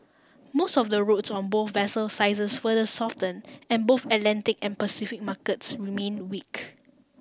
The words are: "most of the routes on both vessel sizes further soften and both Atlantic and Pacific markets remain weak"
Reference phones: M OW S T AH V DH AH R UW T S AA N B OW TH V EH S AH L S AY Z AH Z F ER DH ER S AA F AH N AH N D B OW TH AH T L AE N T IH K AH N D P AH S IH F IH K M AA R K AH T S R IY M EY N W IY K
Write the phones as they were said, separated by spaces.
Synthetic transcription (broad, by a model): M OW S T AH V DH AH R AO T S AA N B OW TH V EH S AH L S AY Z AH S F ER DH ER S AA F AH N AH N B OW TH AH T L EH N T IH K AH N P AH S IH F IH K M AA K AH T S R IY M EY N W IY K